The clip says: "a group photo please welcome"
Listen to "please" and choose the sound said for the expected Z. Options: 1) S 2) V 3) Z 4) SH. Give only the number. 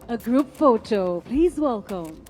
3